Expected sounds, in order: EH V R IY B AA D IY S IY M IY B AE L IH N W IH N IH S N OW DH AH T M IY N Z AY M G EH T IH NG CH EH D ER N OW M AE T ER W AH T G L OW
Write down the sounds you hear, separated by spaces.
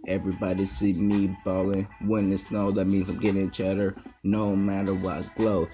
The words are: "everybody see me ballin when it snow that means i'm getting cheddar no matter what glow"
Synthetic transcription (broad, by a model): EH V R IY B AA D IY S IY M IY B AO L IH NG W IH N IH S N OW DH AH T M IY N Z AY M G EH T IH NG CH EH D ER N OW M AE T ER W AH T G L OW